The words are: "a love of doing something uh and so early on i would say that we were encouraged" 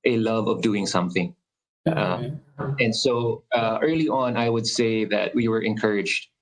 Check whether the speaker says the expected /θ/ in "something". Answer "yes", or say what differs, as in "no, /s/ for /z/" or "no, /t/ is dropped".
yes